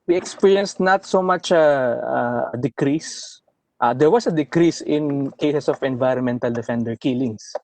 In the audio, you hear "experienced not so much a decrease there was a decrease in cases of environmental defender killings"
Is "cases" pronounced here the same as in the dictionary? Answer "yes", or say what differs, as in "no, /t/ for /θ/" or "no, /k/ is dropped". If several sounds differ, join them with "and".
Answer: no, /s/ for /z/